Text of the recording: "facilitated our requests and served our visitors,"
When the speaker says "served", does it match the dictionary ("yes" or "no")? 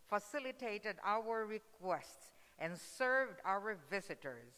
yes